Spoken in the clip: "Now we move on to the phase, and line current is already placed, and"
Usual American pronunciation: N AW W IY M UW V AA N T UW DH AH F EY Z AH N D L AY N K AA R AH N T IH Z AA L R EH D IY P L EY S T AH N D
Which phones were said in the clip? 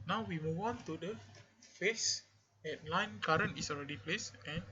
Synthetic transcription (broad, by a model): N AW W IY M UW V AA N T UW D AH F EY S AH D L AY N K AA R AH N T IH S AA L R EH D IY P L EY S AH N